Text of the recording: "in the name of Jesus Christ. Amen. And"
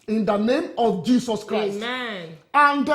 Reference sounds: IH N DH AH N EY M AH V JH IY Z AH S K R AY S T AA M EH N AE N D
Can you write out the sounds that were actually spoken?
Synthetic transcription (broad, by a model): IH N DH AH N EY M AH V JH IY S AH S K R AY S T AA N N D